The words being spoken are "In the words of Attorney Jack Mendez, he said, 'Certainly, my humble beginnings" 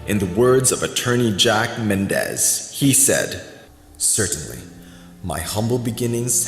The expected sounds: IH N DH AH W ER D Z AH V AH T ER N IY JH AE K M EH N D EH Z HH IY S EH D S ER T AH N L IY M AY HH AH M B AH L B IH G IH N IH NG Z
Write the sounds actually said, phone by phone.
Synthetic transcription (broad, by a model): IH N DH AH W ER D Z AH V AH T ER N IY JH AE K M EH N D EH Z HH IY S EH D S ER T N L IY M AY HH AH M B L B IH G IH N IH NG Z